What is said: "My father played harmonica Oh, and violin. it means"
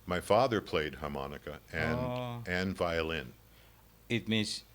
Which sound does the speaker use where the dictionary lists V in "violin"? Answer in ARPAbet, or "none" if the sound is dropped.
V